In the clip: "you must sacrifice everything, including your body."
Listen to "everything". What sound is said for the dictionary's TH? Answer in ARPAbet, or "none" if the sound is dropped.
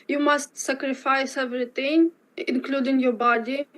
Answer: T